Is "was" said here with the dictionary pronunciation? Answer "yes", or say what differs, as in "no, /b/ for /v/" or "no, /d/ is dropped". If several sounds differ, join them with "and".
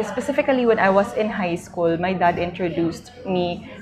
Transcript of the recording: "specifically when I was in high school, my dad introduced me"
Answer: no, /s/ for /z/